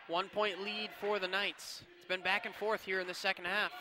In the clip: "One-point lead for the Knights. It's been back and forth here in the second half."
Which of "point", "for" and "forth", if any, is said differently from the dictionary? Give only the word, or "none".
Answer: none